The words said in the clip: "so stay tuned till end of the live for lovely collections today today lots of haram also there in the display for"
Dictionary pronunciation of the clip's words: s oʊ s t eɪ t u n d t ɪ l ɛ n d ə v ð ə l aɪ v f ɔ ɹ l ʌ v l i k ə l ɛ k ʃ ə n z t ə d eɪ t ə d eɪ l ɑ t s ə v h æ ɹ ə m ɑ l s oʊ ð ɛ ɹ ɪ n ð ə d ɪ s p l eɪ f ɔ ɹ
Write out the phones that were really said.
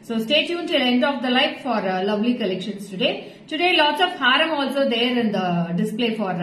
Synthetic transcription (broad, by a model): s oʊ s t eɪ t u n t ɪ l ɛ n d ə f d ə l aɪ f f ɔ ɹ l ʌ v l i k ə l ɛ k ʃ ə n s t ə d eɪ t ə d eɪ l ɑ t s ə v h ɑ ɹ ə m ɑ l s oʊ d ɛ ɹ ɪ n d ə d ɪ s p l eɪ f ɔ ɹ